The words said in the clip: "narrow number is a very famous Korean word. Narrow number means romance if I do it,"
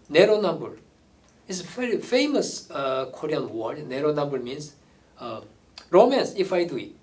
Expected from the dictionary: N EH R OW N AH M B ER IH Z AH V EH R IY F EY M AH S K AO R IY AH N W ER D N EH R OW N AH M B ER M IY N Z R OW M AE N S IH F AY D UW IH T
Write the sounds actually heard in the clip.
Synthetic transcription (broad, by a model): N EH R OW N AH M B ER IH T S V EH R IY F EY M AH S K AO R IY AH N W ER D N EH R OW N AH M B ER M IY N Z R OW M AE N S IH F AY D UW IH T